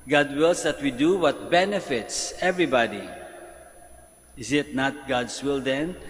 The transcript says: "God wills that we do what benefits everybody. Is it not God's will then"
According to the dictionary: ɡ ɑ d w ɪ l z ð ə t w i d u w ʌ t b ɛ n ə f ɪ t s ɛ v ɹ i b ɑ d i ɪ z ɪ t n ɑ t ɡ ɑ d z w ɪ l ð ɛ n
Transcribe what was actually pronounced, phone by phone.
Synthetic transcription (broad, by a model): ɡ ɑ d w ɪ l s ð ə t w i d u w ʌ t b ɛ n ə f ɪ t s ɛ v ɹ i b ɑ d i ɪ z ɪ t n ɑ t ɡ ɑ d s w ɪ l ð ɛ n